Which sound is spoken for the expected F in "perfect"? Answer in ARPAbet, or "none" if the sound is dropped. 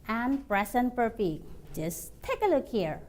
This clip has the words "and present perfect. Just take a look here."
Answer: P